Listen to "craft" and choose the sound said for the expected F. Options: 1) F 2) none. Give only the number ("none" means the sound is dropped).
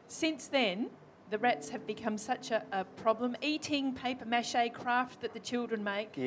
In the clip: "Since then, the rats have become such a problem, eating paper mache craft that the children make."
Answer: 1